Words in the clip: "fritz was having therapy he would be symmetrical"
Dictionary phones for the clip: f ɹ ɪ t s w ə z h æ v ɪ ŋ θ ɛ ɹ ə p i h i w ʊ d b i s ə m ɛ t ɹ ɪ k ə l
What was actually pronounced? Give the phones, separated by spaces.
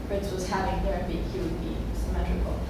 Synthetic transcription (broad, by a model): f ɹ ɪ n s w ə z h æ v ɪ ŋ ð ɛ ɹ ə b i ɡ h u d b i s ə m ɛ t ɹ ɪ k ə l